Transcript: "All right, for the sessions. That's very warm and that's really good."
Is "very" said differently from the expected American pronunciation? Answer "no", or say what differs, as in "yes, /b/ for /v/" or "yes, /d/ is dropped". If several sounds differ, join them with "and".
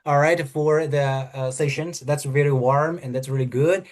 yes, /l/ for /ɹ/